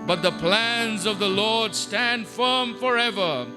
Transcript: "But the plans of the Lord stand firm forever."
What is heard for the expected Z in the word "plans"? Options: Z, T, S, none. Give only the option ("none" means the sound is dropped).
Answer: Z